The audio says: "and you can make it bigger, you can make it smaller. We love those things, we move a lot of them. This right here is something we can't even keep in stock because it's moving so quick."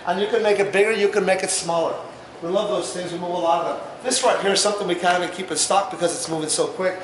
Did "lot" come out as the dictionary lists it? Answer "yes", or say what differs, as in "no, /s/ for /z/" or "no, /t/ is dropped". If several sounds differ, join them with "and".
no, /t/ is dropped